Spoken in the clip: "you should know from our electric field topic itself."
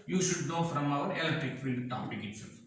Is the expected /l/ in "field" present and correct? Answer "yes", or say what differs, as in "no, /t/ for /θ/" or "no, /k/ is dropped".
no, /l/ is dropped